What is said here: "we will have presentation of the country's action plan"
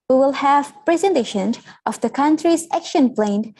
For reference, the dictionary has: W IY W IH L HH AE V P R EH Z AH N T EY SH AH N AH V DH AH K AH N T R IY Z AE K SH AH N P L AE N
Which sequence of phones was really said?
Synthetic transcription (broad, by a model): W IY W IH L HH AE V P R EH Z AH N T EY SH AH N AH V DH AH K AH N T R IY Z AE K SH AH N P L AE N